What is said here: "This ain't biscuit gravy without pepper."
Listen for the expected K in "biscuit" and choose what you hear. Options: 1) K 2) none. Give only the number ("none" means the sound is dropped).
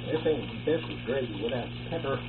2